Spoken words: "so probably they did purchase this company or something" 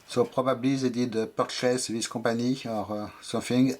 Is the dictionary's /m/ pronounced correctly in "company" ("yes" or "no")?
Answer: no